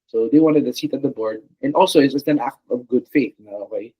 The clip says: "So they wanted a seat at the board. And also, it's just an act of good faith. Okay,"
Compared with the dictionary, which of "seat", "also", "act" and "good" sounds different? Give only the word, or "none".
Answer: none